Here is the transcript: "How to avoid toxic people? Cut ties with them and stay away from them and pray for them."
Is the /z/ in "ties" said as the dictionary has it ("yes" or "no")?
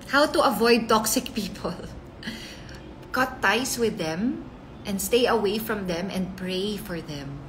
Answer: no